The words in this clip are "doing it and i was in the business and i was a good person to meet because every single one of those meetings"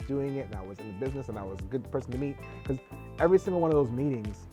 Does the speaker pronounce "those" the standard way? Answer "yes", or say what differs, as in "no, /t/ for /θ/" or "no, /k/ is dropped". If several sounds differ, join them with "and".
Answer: yes